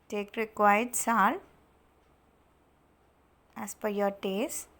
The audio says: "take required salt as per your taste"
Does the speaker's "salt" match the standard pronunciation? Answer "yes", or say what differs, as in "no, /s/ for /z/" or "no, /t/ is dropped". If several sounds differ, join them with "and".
no, /t/ is dropped